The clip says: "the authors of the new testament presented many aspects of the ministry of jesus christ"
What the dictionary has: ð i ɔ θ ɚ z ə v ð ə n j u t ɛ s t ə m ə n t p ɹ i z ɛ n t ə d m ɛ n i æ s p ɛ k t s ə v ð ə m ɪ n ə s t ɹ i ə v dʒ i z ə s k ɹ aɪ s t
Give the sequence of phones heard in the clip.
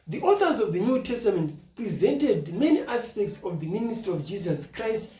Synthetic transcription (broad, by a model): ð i ɔ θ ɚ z ə v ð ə n j u t ɛ s t ə m ə n t p ɹ i z ɛ n t ə d m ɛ n i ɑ s p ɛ k t s ə v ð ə m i n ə s t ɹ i ə v dʒ i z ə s k ɹ aɪ s t